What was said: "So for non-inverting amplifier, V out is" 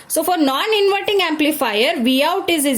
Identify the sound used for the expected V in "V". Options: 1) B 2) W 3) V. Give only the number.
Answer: 3